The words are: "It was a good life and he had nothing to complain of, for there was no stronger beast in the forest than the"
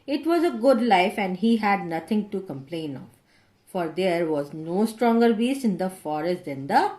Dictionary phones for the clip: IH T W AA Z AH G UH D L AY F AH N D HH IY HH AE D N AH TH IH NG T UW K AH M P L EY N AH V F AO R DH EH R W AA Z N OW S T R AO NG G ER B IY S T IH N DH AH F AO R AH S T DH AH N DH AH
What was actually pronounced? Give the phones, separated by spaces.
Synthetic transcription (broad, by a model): IH T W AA Z AH G UH D L AY F AH N D HH IY HH AE D N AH T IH NG T UW K AH M P L EY N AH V F AO R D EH R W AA Z N OW S T R AO NG G ER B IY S IH N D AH F AO R AH S T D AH N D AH